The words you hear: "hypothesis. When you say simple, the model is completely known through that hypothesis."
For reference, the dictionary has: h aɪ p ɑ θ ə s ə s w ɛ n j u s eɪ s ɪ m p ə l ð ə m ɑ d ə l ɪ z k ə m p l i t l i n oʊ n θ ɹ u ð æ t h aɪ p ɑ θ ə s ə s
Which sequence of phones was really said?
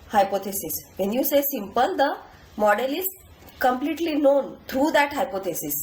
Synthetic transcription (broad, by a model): h aɪ p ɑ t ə s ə s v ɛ n j u s eɪ s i m p ə l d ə m ɑ d ə l ɪ z k ə m p l i t l i n oʊ n t ɹ u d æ t h aɪ p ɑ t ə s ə s